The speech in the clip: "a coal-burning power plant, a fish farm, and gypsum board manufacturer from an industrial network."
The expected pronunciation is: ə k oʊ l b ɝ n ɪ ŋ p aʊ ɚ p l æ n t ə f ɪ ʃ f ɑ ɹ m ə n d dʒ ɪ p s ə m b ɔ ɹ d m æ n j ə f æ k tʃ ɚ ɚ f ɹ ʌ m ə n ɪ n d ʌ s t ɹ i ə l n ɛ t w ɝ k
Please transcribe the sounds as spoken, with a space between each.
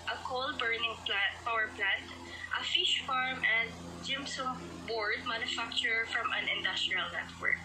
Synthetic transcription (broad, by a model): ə k oʊ l b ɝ n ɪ ŋ p aʊ ɚ p l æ n t ə f ɪ ʃ f ɑ ɹ m ə n d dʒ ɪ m s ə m b ɔ ɹ d m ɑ n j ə f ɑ k tʃ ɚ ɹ f ɹ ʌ m ə n ɪ n d ʌ s t ɹ i ə l n ɛ t w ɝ k